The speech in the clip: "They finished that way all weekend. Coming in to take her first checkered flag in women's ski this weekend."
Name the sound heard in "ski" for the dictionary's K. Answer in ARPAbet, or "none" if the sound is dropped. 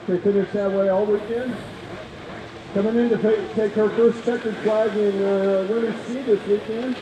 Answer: none